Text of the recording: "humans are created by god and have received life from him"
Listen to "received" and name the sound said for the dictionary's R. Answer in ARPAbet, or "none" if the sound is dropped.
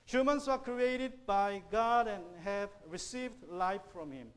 R